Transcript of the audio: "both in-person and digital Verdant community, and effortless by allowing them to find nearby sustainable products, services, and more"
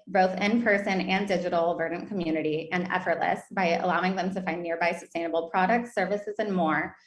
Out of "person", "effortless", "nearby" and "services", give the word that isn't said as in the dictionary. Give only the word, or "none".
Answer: none